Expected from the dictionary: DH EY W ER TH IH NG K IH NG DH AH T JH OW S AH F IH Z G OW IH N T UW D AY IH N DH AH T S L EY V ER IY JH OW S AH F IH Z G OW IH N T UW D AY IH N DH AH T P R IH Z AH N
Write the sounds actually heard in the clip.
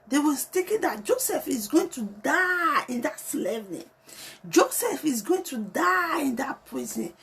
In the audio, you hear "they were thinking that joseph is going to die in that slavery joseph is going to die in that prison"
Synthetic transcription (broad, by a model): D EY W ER T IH K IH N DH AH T JH OW S AH F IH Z G OW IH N T UW D AY IH N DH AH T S L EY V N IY JH OW S AH F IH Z G OW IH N T UW D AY IH N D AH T P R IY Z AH N